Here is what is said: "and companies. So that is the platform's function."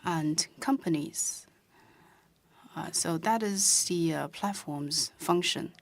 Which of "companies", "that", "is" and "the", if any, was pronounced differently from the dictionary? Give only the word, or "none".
none